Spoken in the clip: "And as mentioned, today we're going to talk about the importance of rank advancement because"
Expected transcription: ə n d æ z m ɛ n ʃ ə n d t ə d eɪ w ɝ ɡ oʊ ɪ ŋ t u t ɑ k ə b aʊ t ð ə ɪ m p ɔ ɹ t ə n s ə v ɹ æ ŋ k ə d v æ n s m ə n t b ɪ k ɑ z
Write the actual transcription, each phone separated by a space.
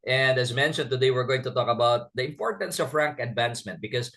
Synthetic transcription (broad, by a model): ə n d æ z m ɛ n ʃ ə n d t ə d eɪ w ɝ ɡ oʊ ɪ ŋ t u t ɑ k ə b aʊ t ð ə ɪ m p ɔ ɹ t ə n s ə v ɹ æ ŋ k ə d v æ n s m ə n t b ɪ k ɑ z